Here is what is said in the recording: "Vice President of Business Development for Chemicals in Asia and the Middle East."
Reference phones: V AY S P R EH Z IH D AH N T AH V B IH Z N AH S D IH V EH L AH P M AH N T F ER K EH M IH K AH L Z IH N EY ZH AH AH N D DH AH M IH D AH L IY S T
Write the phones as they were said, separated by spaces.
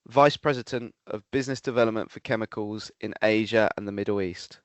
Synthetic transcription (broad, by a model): V AY S P R EH Z IH D AH N T AH V B IH Z N AH S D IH V EH L AH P M AH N T F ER K EH M IH K AH L Z IH N EY ZH AH AH N DH AH M IH D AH L IY S T